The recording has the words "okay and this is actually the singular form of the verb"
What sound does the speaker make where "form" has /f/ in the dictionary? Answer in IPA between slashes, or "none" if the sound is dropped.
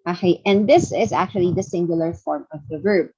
/f/